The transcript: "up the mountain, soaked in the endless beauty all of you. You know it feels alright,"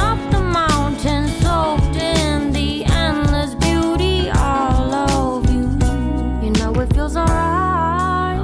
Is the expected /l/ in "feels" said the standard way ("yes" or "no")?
no